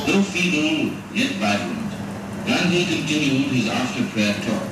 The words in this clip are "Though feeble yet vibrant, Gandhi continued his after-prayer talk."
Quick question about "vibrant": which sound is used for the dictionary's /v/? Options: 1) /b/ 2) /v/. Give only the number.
1